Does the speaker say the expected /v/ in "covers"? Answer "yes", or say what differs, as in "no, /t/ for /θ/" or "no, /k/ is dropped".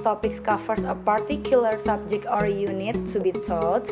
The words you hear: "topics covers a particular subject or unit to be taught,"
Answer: no, /f/ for /v/